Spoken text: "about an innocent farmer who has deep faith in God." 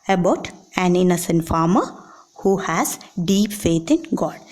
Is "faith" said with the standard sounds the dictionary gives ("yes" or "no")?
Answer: no